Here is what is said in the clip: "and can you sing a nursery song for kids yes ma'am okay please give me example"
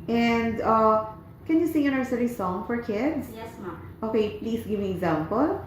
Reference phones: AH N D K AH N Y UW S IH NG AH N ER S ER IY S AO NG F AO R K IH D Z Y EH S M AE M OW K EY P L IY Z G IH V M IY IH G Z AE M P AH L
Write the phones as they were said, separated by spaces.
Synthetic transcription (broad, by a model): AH N D K AH N Y UW S IH NG AH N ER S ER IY S AO NG F AO R K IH D S Y EH S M OW K EY P L IY S G IH V M IY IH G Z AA M P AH L